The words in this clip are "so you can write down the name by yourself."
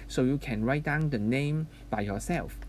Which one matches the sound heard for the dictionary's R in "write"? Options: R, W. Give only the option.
R